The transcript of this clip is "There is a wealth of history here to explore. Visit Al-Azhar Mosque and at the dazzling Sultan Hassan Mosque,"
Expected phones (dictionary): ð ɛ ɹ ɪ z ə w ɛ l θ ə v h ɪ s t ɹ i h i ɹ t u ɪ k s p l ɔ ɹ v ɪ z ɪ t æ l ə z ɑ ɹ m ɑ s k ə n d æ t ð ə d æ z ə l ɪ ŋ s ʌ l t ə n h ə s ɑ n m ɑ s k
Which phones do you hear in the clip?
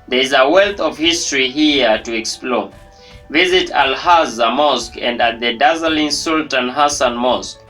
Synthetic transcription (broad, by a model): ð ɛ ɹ ɪ z ə w ɛ l θ ə v h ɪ s t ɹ i h i t u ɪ k s p l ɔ v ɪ z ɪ t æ l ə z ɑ m ɑ s k ə n d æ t ð ə d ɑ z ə l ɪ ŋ s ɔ l t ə n h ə s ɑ n m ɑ s k